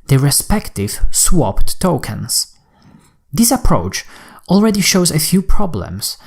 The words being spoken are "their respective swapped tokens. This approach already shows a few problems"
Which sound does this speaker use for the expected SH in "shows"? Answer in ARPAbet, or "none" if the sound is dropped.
SH